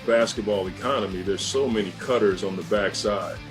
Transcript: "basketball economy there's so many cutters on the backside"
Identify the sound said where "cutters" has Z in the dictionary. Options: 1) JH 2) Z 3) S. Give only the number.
2